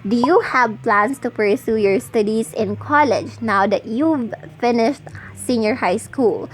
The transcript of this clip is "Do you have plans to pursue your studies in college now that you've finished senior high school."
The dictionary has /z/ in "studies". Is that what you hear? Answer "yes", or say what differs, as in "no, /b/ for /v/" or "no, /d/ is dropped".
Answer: no, /s/ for /z/